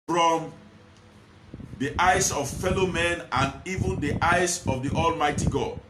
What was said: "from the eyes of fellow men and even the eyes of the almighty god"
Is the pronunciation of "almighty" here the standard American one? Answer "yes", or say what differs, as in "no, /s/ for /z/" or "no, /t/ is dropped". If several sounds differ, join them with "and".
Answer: yes